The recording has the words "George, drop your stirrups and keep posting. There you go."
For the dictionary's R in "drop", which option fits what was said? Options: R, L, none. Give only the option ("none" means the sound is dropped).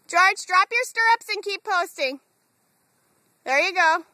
R